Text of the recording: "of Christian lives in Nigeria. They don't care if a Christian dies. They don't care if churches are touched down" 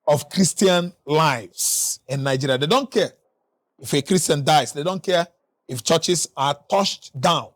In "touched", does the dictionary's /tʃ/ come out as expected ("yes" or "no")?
no